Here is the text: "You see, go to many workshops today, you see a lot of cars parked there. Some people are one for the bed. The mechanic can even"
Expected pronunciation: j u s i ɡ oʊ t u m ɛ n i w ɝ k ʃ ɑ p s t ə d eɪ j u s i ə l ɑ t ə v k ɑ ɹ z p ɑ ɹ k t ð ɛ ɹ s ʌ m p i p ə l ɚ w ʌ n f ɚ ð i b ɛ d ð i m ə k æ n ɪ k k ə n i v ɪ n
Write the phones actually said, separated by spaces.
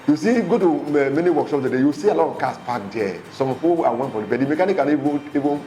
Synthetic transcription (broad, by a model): j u s i ɡ oʊ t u m ɛ n i w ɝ k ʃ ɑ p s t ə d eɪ j u s i ə l ɑ t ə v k ɑ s p ɑ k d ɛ s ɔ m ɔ f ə w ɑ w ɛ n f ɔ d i b ɛ d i m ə k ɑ n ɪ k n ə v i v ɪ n